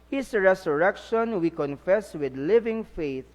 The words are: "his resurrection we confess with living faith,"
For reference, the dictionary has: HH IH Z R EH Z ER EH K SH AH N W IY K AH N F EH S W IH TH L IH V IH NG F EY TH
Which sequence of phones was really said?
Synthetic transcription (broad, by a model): HH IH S R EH S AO EH K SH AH N W IY K AH N F EH S W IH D L IH V IH NG F EY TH